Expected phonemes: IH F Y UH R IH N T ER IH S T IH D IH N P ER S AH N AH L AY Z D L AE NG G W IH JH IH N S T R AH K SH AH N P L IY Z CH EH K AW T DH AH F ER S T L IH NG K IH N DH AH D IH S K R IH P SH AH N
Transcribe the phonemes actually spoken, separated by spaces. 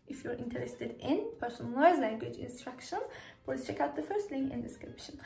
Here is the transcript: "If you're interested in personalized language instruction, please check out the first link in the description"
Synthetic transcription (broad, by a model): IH F Y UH R IH N T ER IH S T IH D IH N P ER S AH N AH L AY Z L AE NG G W IH JH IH N S T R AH K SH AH N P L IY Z CH EH K AW T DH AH F ER S T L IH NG IH N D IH S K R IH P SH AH N